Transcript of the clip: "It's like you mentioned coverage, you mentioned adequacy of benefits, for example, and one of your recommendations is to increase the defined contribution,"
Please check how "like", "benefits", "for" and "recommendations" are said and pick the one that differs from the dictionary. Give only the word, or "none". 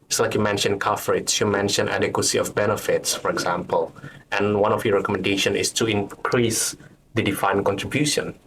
recommendations